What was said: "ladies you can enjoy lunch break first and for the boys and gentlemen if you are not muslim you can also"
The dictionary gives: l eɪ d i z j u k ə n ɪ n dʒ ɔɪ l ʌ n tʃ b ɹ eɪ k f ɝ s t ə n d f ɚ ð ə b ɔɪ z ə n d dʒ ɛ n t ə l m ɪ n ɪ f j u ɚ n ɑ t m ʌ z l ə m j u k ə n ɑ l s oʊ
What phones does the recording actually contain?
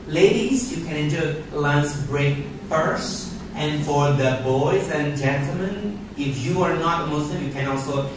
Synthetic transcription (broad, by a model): l eɪ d i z j u k ə n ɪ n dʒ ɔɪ l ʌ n s b ɹ eɪ k f ɝ s t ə n f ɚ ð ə b ɔɪ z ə n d dʒ ɛ n t ə l m ɪ n ɪ f j u ɚ n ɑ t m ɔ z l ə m j u k ə n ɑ l s oʊ